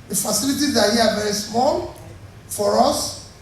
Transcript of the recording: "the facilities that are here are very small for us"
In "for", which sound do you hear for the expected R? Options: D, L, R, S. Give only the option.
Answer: R